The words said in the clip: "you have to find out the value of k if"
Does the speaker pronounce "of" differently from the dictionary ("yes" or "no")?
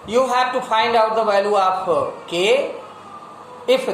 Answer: yes